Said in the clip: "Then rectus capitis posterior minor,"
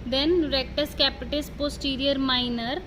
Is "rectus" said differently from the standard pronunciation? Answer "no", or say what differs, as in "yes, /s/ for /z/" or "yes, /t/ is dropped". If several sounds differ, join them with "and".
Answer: no